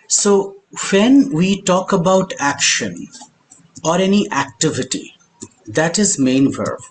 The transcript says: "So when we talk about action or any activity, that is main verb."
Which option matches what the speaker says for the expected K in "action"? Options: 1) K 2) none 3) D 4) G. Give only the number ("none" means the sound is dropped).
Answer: 1